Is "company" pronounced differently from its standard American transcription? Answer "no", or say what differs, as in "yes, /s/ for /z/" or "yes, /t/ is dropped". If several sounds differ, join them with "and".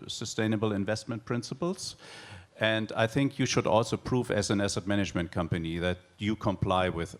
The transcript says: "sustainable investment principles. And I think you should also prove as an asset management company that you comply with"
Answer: no